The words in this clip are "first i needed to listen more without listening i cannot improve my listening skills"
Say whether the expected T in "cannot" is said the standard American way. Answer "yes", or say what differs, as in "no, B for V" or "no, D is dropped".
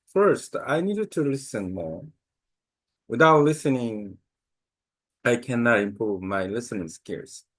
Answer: yes